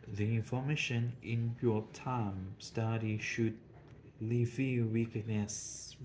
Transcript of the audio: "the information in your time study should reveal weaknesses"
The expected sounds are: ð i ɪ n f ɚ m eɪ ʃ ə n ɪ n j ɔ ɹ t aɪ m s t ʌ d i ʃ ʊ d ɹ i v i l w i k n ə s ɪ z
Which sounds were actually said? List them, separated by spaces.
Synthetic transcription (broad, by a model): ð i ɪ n f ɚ m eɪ ʃ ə n ɪ n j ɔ t aɪ m s t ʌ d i ʃ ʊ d l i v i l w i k n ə s